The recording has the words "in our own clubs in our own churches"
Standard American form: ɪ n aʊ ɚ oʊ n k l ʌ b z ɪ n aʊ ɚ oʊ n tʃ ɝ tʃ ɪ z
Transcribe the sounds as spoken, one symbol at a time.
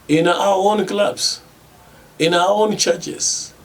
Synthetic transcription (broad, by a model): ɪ n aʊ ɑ oʊ n k l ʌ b s ɪ n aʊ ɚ oʊ n tʃ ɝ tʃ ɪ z